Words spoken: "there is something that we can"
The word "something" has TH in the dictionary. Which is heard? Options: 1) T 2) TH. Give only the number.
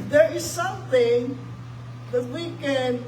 2